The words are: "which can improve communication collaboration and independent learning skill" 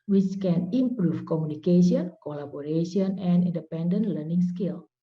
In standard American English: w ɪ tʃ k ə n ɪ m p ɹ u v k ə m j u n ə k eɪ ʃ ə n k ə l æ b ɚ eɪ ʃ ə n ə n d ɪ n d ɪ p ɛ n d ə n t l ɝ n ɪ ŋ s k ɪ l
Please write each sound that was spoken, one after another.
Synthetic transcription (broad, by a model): w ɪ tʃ k ə n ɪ m p ɹ u f k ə m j u n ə k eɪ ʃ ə n k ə l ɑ b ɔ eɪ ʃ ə n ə n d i n d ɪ p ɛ n d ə n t l ɝ n ɪ ŋ s k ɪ l